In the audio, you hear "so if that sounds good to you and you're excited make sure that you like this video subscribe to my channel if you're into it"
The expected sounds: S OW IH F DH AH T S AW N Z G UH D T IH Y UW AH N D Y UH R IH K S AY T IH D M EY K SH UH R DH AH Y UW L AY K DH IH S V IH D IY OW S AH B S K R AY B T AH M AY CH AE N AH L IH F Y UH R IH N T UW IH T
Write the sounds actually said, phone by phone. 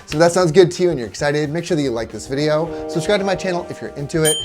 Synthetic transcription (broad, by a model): S OW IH DH AH T S AW N Z G UH D T IH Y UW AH N Y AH R IH K S AY T IH D M EY K SH UH R DH AH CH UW L AY K DH IH S V IH D IY OW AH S S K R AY T AH M AY CH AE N L IH F Y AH R IH N T UW IH T